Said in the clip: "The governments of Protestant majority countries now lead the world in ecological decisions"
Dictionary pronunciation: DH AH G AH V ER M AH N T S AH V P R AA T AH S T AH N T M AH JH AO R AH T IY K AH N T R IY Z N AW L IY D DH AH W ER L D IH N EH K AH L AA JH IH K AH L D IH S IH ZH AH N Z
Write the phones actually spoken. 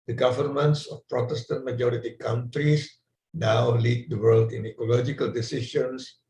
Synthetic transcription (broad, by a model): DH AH G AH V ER M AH N T S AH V P R AA T AH S T AH N T M AH JH AO R AH T IY K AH N T R IY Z N AW L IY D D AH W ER L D IH N EH K AH L AA JH IH K AH L D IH S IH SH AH N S